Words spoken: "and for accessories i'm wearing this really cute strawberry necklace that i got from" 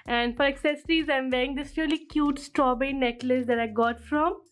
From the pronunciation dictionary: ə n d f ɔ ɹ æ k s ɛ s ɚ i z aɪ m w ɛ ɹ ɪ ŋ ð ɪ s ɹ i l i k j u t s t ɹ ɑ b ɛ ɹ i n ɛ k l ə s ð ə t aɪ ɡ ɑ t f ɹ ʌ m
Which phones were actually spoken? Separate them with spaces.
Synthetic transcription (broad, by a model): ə n d f ɔ ɹ æ k s ɛ s ɚ i z aɪ m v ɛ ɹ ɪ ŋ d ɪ s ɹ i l i k j u t s t ɹ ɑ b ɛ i n ɛ k l ə s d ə t aɪ ɡ ɑ t f ɹ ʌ m